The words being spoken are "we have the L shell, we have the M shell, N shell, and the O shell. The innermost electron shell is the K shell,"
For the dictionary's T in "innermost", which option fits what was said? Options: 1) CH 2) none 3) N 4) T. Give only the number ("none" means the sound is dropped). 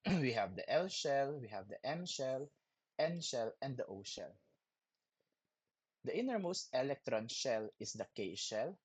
4